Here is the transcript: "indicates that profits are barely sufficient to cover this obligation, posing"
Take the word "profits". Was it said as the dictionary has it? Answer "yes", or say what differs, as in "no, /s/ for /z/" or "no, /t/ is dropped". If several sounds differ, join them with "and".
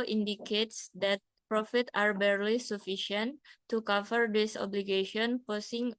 no, /s/ is dropped